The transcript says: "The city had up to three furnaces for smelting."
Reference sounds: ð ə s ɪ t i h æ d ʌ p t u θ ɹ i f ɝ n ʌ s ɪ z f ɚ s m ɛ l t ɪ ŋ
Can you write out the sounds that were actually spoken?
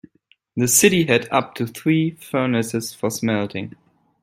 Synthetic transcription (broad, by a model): ð ə s ɪ t i h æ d ʌ p t u θ ɹ i f ɝ n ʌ s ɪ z f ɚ s m ɛ l t ɪ ŋ